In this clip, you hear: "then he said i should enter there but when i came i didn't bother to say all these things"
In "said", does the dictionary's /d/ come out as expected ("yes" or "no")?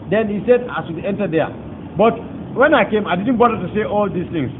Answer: yes